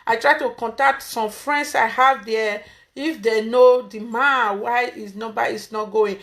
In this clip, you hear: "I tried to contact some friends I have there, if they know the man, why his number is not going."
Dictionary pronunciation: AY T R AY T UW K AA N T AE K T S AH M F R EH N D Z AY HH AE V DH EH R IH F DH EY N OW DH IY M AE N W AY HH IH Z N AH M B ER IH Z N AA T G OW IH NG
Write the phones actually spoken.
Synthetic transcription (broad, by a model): AY T R AY T UW K AA N T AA K T S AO M F R EH N D S AY HH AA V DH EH IH F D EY N OW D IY M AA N W AY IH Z N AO B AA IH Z N AA T G OW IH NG